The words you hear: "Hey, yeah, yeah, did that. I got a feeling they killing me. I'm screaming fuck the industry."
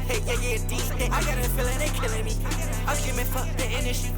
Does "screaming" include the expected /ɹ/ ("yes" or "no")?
no